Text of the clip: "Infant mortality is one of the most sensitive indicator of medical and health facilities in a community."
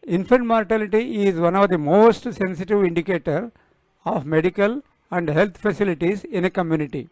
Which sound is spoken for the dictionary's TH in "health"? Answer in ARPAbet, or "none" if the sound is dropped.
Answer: T